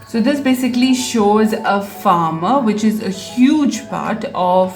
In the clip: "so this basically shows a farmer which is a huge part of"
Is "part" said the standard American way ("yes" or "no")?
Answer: yes